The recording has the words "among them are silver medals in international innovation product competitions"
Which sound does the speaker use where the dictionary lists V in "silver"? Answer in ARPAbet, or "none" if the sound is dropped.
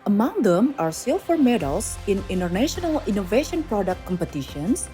F